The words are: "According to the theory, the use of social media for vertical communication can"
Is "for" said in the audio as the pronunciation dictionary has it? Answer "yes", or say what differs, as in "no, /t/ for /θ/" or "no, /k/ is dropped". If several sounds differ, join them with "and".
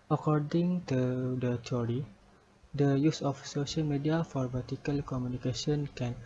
yes